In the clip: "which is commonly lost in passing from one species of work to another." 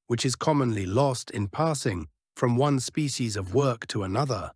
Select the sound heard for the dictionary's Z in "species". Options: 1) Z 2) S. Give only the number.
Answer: 1